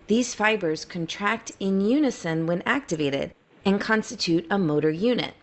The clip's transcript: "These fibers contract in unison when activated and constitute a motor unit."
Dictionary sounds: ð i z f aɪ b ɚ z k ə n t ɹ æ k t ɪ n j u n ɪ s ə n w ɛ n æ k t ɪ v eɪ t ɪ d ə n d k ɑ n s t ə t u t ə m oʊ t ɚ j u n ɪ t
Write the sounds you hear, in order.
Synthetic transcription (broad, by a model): ð i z f aɪ b ɚ z k ə n t ɹ æ k t ɪ n j u n ɪ s ə n w ɛ n æ k t ɪ v eɪ t ɪ d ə n k ɑ n s t ə t u t ə m oʊ t ɚ j u n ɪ t